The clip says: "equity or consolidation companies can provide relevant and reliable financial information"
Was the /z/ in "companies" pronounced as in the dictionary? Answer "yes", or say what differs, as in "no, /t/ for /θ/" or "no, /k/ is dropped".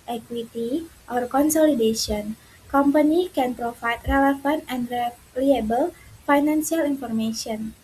no, /z/ is dropped